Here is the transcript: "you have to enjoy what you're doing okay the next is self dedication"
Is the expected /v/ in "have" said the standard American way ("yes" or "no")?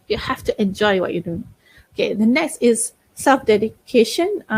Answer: no